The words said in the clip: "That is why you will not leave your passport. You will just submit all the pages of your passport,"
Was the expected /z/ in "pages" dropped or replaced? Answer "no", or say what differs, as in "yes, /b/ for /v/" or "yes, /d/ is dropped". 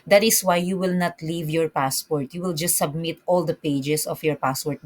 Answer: yes, /s/ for /z/